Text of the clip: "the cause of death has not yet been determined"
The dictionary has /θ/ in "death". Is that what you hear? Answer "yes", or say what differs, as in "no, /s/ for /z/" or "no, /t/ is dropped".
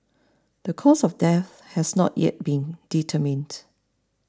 yes